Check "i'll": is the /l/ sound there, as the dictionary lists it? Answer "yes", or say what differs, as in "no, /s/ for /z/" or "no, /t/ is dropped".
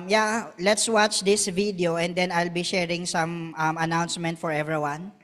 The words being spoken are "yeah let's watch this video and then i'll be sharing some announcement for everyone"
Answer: yes